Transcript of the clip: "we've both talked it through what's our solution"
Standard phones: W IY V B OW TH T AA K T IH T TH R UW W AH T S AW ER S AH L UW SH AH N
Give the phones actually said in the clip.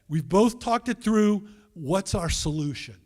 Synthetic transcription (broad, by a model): W IY V B OW TH T AA K T IH T TH R UW W AH T S AW ER S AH L UW SH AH N